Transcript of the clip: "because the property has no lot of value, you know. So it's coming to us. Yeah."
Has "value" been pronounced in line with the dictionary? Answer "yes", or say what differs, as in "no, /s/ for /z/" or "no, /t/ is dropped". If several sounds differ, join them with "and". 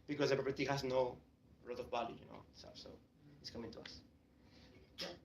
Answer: no, /b/ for /v/